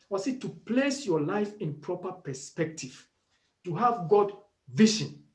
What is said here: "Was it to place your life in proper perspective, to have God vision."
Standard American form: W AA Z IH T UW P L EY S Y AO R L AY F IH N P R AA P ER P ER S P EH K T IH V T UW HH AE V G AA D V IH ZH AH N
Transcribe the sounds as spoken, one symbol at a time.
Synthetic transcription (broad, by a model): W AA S IH T UW P L EY S Y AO L AY F IH N P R AA P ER P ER S P EH K T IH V T UW HH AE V G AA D V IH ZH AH N